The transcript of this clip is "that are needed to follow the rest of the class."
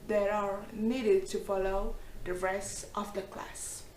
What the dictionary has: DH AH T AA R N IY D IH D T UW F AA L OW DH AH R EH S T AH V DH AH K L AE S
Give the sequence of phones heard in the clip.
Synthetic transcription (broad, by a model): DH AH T AA R N IY D IH D T UW F AA L OW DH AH R EH S T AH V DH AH K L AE S